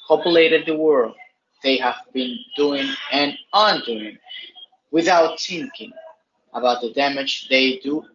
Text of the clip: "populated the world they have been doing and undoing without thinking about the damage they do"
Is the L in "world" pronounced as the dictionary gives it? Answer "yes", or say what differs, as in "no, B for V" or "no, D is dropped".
yes